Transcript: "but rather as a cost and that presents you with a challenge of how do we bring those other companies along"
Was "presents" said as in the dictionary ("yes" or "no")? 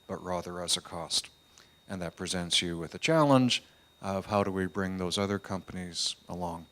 yes